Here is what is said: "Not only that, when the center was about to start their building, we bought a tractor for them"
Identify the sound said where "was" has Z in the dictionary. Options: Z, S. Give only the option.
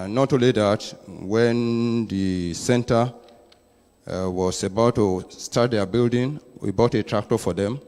S